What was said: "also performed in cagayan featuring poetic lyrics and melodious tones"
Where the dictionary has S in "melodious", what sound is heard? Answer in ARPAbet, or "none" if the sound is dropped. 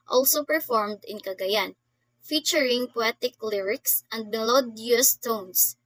S